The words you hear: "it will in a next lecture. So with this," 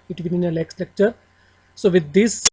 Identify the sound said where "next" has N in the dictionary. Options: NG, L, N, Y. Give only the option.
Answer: L